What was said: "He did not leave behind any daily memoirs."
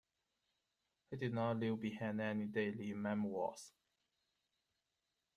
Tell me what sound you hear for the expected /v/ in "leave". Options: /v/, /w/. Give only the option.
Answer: /w/